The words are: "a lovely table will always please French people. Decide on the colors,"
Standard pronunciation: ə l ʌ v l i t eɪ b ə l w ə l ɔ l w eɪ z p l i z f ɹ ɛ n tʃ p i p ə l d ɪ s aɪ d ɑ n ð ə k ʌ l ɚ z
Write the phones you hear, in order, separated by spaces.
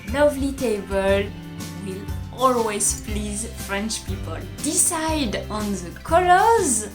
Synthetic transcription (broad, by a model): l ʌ v l i t eɪ b ə l w ə l ɔ l w eɪ z p l i z f ɹ ɛ n tʃ p i p ə l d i s aɪ d ɑ n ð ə k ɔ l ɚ z